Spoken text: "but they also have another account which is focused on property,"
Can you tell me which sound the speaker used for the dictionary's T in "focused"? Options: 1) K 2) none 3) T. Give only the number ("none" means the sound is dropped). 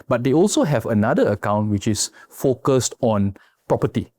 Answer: 3